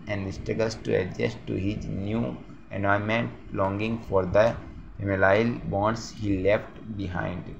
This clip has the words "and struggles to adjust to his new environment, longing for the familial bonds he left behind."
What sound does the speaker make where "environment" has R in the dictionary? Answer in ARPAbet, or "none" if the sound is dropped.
none